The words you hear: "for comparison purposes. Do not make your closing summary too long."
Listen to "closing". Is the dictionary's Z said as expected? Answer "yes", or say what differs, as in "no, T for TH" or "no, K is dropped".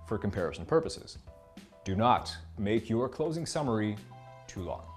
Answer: yes